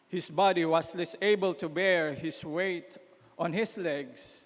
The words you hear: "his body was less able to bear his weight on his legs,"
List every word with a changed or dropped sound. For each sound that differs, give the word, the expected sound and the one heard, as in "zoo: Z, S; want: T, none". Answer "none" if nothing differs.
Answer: was: Z, S; his: Z, S; his: Z, S